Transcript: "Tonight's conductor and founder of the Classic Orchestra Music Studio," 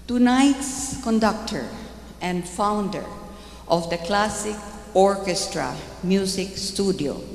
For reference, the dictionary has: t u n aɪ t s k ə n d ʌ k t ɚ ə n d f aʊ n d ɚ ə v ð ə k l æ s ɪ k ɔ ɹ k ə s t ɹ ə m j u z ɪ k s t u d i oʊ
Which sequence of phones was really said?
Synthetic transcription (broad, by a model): t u n aɪ t s k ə n d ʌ k t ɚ ə n d f aʊ n d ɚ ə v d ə k l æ s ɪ k ɔ ɹ k ə s t ɹ ə m j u s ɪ k s t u d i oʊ